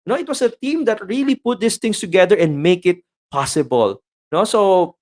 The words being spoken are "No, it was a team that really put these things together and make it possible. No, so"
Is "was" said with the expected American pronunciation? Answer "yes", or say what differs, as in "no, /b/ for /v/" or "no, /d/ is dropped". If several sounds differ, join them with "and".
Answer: no, /s/ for /z/